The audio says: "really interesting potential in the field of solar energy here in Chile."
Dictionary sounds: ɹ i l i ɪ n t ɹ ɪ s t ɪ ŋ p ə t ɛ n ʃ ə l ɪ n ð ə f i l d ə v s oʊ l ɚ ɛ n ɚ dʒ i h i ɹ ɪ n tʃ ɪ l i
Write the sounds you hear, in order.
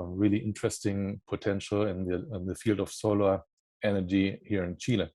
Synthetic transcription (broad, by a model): ɹ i l i ɪ n t ɹ ɪ s t ɪ ŋ p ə t ɛ n ʃ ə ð ɪ n ð ə f i l d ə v s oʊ l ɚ ɛ n ɚ dʒ i h i ɹ ɪ n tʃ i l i